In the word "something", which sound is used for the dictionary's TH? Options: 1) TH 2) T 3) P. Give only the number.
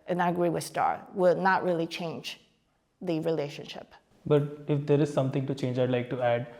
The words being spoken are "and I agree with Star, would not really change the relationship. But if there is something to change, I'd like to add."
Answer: 2